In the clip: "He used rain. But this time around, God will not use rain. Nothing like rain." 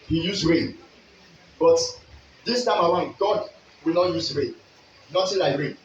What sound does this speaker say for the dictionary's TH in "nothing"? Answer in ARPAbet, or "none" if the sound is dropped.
T